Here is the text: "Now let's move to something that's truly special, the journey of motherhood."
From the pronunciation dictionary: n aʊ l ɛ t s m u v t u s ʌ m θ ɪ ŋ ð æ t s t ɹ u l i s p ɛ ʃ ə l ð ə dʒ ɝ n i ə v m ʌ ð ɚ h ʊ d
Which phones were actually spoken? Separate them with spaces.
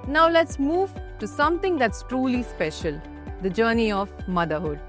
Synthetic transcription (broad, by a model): n aʊ l ɛ t s m u v t u s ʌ m t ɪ ŋ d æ t s t ɹ u l i s p ɛ ʃ ə l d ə dʒ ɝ n i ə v m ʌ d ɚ h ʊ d